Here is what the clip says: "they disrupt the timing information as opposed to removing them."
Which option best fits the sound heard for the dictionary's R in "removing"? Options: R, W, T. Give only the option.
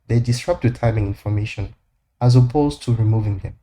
R